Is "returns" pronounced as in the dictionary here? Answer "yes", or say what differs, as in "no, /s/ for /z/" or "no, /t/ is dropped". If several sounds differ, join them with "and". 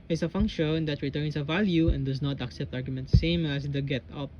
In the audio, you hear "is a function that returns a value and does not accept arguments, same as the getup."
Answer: no, /s/ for /z/